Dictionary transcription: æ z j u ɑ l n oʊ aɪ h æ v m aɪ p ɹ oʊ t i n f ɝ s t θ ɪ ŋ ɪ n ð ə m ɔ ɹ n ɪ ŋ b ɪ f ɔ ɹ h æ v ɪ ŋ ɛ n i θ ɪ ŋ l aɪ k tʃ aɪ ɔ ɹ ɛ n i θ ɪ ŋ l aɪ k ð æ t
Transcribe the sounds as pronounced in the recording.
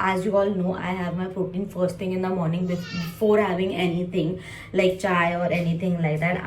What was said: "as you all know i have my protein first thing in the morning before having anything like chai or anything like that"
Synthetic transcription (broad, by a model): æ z j u ɑ l n oʊ aɪ h æ v m aɪ f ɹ t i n f ɝ s t t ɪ ŋ ɪ n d ə m ɔ ɹ n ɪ ŋ b ɪ f ɔ ɹ h æ v ɪ ŋ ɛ n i t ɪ ŋ l aɪ k tʃ aɪ ɔ ɹ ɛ n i t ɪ ŋ l aɪ k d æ t